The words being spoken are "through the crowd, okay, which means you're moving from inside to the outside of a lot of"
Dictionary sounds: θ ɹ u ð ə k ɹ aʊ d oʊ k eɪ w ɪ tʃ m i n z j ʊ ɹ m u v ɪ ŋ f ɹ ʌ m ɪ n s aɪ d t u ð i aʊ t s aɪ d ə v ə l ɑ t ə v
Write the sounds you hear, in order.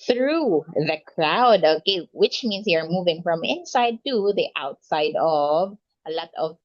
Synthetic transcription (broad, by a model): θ ɹ u ð ə k ɹ aʊ d oʊ k eɪ w ɪ tʃ m i n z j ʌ ɹ m u v ɪ ŋ f ɹ ʌ m ɪ n s aɪ d t u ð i aʊ t s aɪ d ə v ə l ɑ t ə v